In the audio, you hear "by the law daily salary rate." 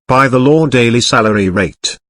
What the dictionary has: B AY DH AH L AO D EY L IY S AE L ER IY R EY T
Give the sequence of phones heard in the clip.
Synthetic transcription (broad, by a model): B AY DH AH L AO D EY L IY S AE L ER IY R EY T